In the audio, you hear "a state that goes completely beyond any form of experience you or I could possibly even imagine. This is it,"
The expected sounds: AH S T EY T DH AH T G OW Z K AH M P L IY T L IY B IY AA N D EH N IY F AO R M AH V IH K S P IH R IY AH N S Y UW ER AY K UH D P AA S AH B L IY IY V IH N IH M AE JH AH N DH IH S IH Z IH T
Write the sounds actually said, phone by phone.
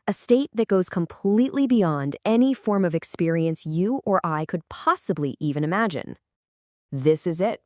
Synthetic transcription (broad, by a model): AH S T EY T DH AH T G OW Z K AH M P L IY T L IY B IY AA N D EH N IY F AO R M AH V IH K S P IH R IY AH N S Y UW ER AY K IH D P AA S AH B L IY IY V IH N IH M AE JH AH N DH IH S IH Z IH T